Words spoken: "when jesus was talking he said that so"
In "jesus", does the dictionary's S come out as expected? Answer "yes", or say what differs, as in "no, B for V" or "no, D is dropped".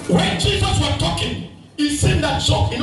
yes